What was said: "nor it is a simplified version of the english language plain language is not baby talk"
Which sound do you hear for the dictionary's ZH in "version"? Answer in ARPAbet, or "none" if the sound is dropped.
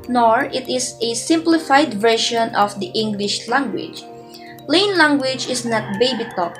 SH